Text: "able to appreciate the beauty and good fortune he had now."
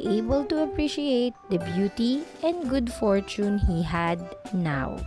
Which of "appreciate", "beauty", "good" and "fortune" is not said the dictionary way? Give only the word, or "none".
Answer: none